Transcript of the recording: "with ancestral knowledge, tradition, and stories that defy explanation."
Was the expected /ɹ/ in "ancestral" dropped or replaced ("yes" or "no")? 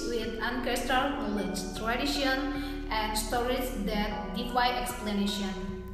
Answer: yes